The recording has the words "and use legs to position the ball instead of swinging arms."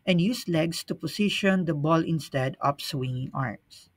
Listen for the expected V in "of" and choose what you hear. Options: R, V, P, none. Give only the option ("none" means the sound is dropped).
P